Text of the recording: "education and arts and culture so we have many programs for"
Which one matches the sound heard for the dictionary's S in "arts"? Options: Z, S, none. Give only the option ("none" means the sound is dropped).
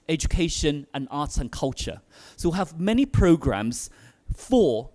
none